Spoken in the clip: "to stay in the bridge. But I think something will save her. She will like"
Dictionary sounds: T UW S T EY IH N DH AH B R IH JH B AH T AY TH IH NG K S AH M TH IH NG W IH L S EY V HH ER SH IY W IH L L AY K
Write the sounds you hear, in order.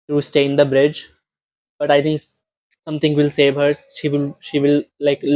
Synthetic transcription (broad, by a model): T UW S T EY IH N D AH B R IH JH B AH T AY T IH NG K S AH M T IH NG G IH L S EY V HH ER SH IY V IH L L AY K